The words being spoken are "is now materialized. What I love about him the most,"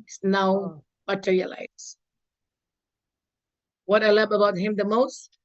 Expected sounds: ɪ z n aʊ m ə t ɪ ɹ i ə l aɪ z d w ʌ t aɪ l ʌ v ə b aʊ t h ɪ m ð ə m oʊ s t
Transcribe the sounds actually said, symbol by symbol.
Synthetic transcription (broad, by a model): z n aʊ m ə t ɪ ɹ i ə l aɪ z w ʌ t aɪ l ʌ b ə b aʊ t h ɪ m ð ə m oʊ s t